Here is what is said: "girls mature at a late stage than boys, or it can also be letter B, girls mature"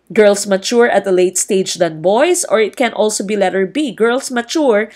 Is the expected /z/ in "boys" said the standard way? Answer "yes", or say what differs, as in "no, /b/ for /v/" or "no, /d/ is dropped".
no, /s/ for /z/